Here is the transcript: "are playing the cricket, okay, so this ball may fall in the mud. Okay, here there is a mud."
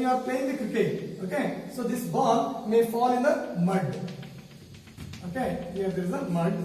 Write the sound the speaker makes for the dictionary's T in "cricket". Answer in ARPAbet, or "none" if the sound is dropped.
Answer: none